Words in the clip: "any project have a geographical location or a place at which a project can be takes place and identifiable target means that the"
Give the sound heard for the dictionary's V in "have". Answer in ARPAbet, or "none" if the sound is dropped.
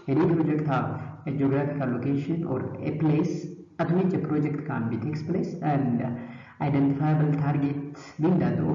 F